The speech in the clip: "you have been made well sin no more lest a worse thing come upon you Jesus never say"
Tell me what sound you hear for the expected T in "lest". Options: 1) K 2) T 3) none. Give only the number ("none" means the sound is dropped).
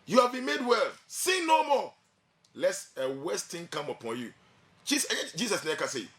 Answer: 3